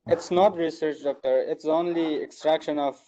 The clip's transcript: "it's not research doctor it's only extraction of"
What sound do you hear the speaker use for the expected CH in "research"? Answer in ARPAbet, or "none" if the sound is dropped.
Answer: CH